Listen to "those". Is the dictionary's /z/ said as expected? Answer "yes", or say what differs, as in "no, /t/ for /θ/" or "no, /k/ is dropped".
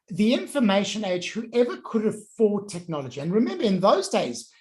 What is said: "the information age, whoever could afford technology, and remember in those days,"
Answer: yes